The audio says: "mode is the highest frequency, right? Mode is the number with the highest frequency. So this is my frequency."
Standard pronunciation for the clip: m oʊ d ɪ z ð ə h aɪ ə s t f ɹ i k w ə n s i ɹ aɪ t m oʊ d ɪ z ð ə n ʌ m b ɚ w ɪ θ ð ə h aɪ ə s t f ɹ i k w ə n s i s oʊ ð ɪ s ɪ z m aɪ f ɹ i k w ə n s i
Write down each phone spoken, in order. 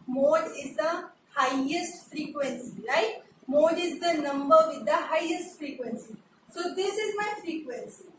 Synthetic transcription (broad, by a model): m oʊ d ɪ z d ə h aɪ ə s t f ɹ i k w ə n s i l aɪ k m oʊ d ɪ z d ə n ʌ m b ɚ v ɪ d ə h aɪ ə s t f ɹ i k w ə n s i s oʊ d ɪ s ɪ z m aɪ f ɹ i k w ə n s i